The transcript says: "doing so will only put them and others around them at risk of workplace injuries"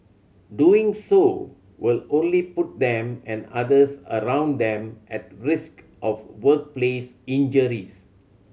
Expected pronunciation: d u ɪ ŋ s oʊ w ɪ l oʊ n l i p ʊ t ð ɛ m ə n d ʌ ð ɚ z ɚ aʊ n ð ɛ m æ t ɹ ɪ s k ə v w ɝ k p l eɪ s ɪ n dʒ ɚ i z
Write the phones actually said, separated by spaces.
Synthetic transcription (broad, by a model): d u ɪ ŋ s oʊ w ɪ l oʊ n l i p ʊ t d ɛ m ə n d ʌ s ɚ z ɚ aʊ n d ɛ m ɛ t ɹ ɪ s k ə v w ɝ k p l eɪ s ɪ n dʒ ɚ i s